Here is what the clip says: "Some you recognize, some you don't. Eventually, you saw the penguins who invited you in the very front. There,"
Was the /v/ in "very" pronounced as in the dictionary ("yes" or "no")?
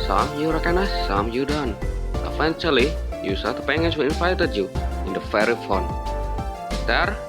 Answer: no